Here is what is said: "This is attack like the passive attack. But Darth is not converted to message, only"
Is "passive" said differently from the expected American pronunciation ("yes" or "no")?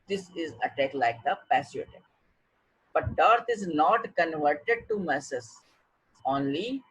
yes